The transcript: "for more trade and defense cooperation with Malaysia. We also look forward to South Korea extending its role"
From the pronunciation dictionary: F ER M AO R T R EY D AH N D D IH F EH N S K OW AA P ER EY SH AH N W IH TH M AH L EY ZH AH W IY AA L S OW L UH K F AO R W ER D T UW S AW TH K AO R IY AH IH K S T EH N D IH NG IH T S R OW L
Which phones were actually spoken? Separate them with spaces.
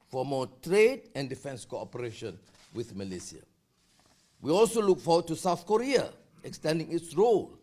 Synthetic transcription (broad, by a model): F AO M AO T R EY D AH N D D IH F EH N S K OW AA P ER EY SH AH N W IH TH M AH L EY S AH W IY AA L S OW L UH K F AO W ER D T UW S AW TH K AO R IY AH IH K S T EH N D IH NG IH T S R OW L